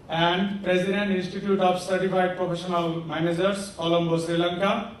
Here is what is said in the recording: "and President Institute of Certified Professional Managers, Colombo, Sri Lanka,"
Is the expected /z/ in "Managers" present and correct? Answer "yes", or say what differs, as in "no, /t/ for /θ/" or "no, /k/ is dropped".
no, /s/ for /z/